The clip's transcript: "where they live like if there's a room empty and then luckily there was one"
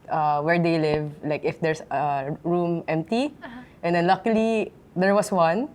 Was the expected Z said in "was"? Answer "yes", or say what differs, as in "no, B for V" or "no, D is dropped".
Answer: no, S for Z